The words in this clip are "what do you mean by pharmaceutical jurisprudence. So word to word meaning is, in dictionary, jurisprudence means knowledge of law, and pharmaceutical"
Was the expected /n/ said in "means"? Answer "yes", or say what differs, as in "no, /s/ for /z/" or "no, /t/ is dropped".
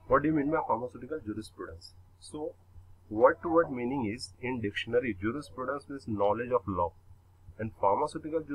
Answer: no, /n/ is dropped